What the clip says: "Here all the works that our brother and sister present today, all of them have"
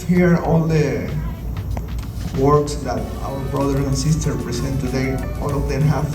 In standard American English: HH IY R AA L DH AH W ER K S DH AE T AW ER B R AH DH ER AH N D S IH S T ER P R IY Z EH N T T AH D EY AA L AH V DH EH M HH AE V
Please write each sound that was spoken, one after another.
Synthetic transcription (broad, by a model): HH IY R AA L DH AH W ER K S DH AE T AW ER B R AH DH ER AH N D S IH S T ER P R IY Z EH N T T AH D EY AA L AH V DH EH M HH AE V